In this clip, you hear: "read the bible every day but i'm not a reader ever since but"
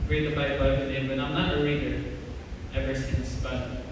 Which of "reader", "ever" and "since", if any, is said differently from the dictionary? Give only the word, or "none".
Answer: reader